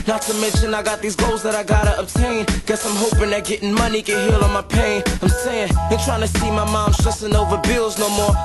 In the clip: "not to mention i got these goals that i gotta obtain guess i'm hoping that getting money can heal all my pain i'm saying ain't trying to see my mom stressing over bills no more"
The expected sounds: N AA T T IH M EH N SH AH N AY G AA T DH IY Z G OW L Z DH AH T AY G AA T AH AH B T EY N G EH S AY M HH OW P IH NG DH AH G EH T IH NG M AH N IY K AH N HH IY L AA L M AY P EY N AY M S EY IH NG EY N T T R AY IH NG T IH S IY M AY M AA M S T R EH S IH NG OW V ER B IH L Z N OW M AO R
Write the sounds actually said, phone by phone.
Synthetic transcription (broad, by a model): N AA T T IH M EH N SH AH N AY G AA T DH IY Z G OW L Z DH AH T AY G AA T AH AH B T EY N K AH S AY M HH OW P IH NG DH AH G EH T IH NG M AH N IY K AH N HH IY L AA N M AY P EY N AY M S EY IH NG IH N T T R AY IH NG T IH S IY M AY M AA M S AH S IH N OW V ER B IH L Z N OW M AO R